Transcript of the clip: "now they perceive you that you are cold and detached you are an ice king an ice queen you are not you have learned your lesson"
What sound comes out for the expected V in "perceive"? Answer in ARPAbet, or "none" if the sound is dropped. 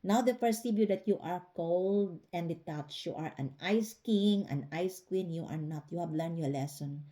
B